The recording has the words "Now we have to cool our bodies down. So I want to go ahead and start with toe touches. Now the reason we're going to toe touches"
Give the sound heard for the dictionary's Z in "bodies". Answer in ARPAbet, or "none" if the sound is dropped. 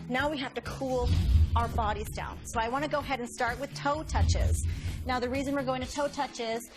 Z